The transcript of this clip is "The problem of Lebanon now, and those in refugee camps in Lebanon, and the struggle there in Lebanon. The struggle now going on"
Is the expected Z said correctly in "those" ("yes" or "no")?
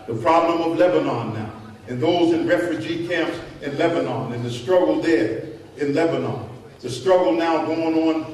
yes